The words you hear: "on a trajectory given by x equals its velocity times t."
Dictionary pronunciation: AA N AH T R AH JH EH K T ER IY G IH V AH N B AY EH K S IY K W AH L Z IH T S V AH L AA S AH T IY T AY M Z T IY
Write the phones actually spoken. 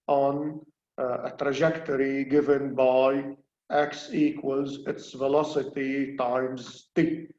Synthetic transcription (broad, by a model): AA N AH T R AH JH EH K T ER IY G IH V AH N B AY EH K S IY K W AH L Z IH T S V AH L AA S AH T IY T AY M Z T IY